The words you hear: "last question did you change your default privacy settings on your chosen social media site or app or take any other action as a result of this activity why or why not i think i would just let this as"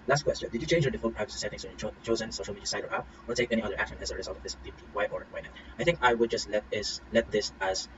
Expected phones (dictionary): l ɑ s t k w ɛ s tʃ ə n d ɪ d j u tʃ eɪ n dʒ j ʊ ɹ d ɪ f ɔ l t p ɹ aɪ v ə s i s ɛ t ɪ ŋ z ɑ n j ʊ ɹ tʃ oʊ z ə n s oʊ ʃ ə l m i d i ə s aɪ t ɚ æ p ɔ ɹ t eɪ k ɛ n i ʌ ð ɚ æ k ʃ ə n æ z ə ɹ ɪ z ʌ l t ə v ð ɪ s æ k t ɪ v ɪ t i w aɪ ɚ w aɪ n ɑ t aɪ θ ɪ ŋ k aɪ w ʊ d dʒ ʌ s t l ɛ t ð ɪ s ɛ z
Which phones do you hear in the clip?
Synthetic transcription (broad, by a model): l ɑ s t k w ɛ s tʃ ə n d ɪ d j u tʃ eɪ n dʒ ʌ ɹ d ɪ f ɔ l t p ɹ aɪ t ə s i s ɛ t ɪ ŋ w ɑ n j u tʃ oʊ z ə n s oʊ ʃ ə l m i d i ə s aɪ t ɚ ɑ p ɔ ɹ t eɪ k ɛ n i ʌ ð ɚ æ k ʃ ə n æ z ə ɹ ɪ z ʌ l t ə v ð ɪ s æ t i w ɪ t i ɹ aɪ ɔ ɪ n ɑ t aɪ θ ɪ ŋ k aɪ w ʊ d dʒ ʌ s t l ɛ t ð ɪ s ɛ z